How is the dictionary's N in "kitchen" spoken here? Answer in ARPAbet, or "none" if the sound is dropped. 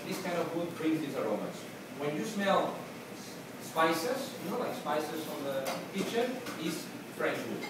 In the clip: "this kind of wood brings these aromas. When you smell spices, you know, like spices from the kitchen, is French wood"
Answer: none